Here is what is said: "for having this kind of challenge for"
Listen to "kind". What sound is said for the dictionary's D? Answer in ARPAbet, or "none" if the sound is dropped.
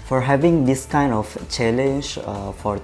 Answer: D